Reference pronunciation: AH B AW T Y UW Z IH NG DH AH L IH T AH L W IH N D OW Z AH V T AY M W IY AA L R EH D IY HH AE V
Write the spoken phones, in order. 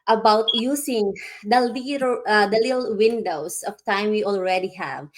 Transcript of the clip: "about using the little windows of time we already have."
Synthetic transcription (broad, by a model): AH B AW T Y UW S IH NG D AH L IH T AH L W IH N D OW S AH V T AY M W IY AA L R EH D IY HH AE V